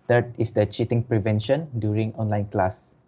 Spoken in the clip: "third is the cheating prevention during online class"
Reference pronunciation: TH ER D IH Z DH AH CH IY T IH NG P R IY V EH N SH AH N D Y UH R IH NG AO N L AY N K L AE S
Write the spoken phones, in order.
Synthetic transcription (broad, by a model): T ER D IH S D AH CH IY T IH NG P R IY V EH N SH AH N D Y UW R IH NG AO N L AY N K L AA S